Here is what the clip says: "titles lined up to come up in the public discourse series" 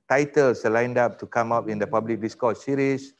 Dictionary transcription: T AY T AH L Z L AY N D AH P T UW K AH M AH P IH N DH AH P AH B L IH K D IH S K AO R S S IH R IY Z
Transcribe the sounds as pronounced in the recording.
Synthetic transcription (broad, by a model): T AY T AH L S L AY N D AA P T UW K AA M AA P IH N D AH P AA B L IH K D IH S K AO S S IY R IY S